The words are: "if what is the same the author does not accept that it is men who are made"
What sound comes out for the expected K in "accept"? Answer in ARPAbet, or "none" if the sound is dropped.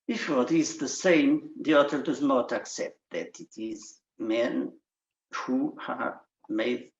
K